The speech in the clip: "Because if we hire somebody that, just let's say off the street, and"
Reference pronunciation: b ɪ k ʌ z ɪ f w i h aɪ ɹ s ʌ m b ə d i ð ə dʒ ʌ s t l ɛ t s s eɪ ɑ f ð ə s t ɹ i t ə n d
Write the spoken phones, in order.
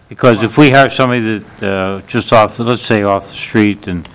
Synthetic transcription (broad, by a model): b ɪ k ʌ z ɪ f w i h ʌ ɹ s ʌ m ə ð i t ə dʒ ʌ s t l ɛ t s s eɪ ɑ f ð ə s t ɹ i t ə n